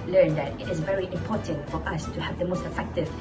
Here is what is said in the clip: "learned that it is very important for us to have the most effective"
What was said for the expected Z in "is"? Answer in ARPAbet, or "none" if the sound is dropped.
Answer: Z